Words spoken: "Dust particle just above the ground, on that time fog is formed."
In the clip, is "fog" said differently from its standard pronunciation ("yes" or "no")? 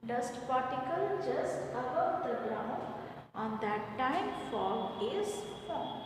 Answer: yes